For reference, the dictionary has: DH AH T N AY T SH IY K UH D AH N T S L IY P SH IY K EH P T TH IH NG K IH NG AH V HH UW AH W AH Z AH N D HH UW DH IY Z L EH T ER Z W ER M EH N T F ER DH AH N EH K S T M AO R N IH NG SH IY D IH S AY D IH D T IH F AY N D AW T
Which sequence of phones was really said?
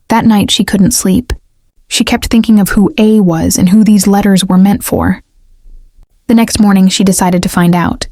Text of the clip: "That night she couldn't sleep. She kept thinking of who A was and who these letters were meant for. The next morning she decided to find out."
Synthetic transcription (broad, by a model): DH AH T N AY T SH IY K UH D N T S L IY P SH IY K EH P T TH IH NG K IH NG AH V HH UW AH W AH Z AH N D HH UW DH IY Z L EH T ER Z W ER M EH N T F ER DH AH N EH K S T M AO R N IH NG SH IY D IH S AY D IH D T IH F AY N D AW T